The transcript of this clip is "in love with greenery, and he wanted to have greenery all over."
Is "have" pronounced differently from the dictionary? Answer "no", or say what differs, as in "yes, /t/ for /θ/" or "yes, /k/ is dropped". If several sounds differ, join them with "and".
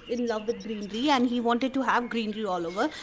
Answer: no